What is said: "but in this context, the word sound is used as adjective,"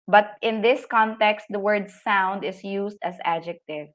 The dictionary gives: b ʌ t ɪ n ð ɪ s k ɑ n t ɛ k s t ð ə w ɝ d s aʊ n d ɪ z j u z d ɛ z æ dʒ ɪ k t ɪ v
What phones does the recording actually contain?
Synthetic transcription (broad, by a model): b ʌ t ɪ n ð ɪ s k ɑ n t ɛ k s t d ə w ɝ d s aʊ n d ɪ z j u s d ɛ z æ dʒ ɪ k t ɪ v